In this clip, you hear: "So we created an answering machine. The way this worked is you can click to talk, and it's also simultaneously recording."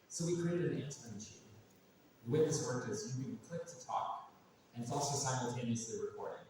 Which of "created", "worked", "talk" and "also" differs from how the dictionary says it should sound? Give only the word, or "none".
worked